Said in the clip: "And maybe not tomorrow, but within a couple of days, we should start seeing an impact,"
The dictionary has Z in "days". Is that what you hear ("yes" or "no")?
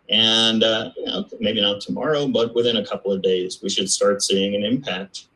yes